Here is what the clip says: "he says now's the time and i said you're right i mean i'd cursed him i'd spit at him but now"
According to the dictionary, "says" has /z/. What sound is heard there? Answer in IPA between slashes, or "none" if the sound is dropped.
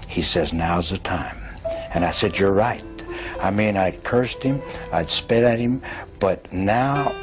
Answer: /z/